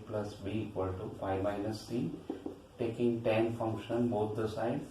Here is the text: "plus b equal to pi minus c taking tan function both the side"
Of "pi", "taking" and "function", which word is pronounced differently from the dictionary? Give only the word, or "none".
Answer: pi